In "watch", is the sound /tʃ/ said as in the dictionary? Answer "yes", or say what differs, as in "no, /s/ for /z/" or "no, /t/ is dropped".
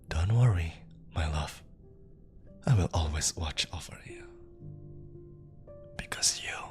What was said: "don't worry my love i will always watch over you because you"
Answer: yes